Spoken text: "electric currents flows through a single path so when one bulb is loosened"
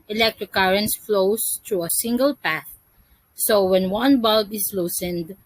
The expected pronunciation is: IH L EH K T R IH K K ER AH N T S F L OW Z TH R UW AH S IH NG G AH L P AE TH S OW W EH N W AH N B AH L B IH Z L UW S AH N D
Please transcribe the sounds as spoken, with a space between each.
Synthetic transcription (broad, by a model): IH L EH K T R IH K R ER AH N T S F L OW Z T R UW AH S IH NG G AH L P AE TH S OW W EH N W AH N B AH L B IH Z L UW S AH N D